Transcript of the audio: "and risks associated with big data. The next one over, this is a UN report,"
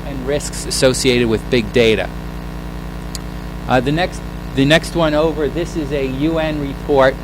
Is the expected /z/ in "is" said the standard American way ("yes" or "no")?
yes